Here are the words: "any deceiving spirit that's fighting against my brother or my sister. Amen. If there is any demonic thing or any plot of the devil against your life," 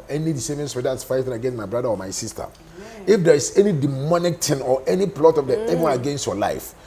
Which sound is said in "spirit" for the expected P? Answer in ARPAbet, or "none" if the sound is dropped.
none